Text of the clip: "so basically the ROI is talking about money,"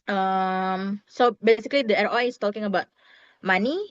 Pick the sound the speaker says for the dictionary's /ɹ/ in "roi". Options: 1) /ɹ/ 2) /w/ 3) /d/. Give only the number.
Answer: 1